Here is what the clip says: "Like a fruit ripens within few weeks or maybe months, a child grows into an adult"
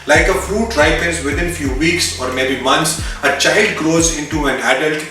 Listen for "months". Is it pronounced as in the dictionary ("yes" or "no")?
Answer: no